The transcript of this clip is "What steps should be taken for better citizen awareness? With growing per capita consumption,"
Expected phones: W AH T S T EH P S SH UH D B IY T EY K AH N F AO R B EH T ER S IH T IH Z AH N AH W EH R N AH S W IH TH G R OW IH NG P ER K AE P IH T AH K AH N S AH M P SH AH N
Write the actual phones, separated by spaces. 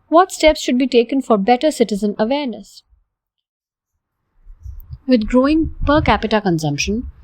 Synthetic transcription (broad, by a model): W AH T S T EH P S SH UH D B IY T EY K AH N F AO R B EH T ER S IH T IH Z AH N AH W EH R N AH S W IH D G R OW IH NG P ER K AE P IH T AH K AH N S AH M P SH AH N